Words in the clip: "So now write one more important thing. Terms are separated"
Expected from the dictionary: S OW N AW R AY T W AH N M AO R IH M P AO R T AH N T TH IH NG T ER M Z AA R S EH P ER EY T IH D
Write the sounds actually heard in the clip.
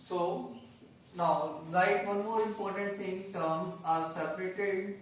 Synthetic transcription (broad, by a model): S OW N AW L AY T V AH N M AO R IH M P AO R T AH N T T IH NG T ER M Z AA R S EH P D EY T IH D